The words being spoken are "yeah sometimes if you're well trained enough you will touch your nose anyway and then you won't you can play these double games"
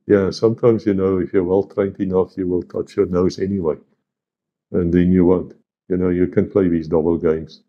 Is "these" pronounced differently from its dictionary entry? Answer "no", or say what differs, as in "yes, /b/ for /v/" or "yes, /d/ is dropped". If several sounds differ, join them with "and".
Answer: no